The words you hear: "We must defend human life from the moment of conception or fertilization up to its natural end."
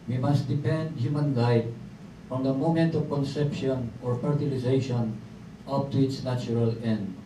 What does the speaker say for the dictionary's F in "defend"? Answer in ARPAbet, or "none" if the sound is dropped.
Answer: P